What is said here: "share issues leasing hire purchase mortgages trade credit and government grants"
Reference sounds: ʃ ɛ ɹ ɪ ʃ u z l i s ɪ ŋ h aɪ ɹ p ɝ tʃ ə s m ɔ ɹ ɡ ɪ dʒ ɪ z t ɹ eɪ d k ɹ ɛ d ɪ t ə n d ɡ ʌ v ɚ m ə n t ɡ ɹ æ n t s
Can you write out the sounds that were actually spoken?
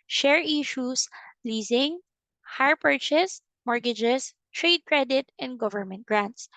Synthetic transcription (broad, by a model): ʃ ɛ ɹ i ʃ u s l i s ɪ ŋ h aɪ ɹ p ɝ tʃ ə s m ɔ ɹ ɡ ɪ dʒ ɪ s t ɹ eɪ d k ɹ ɛ d ɪ t ə n d ɡ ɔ v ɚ m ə n t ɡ ɹ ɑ n t s